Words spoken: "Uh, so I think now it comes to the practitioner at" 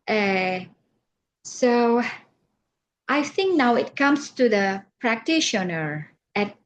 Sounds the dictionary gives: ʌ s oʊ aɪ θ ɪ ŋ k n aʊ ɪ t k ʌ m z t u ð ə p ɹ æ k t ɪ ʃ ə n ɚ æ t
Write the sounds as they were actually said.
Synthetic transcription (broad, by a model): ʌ s oʊ aɪ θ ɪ ŋ k n aʊ ɪ t k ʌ m s t u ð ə p ɹ æ k t ɪ ʃ ə n ɚ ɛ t